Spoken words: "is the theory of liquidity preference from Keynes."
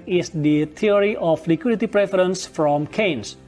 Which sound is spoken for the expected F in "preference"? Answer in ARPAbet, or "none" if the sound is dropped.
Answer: F